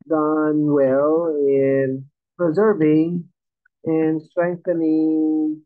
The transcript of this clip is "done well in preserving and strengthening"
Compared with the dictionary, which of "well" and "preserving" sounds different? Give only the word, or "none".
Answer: none